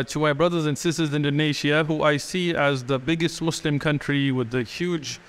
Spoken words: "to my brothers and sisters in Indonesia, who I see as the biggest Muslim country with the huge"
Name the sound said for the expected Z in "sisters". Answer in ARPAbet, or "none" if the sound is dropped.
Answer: Z